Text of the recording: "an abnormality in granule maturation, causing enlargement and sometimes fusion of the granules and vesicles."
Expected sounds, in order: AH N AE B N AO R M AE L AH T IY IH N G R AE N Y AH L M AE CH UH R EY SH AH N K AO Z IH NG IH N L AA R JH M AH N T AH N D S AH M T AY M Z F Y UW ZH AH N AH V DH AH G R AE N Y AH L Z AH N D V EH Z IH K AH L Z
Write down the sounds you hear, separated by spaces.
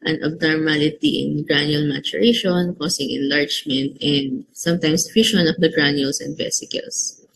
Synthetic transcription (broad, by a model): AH N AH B N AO R M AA L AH T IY IH N G R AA N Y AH L M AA CH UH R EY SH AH N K AO S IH NG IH N L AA R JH M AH N T AH N D S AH M T AY M S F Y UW SH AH N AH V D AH G R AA N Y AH L S AH N D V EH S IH K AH L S